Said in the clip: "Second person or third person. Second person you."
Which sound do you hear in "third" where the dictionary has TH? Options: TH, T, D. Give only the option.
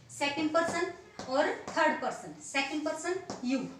T